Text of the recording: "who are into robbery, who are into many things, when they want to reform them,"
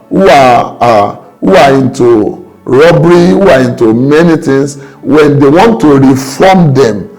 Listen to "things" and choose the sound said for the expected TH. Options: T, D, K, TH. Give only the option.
T